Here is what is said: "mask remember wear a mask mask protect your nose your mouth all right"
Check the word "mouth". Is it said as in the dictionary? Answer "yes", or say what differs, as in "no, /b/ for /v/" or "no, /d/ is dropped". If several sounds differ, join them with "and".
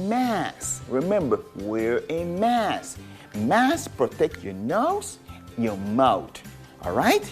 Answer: no, /t/ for /θ/